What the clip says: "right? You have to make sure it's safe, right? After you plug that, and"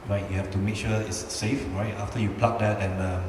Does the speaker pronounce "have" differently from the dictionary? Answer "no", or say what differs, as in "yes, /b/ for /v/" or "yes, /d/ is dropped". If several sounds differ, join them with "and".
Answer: yes, /f/ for /v/